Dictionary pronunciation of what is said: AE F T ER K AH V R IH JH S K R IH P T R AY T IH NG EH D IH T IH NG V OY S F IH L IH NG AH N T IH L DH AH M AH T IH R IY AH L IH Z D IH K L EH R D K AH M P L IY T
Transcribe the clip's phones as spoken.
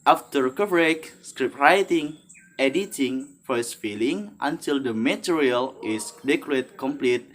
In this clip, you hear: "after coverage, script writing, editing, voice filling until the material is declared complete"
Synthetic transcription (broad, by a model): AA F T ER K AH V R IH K S K R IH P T R AY T IH NG EH D IH T IH NG F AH S F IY L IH NG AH N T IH L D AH M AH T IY R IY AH L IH S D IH K AO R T K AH M P L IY T